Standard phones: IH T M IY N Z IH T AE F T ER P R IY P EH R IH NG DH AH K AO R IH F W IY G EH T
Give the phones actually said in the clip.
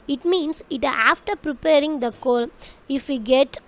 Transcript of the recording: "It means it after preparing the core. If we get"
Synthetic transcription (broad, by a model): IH T M IY N S IH T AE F T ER P R IY P EH R IH NG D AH K AO L IH F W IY G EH T